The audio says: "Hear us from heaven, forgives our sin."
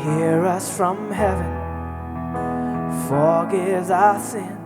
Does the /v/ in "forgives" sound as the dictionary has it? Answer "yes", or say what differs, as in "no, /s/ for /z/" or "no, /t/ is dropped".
no, /v/ is dropped